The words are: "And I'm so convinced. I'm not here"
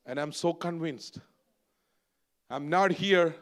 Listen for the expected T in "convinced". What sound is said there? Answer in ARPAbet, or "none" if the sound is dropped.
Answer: T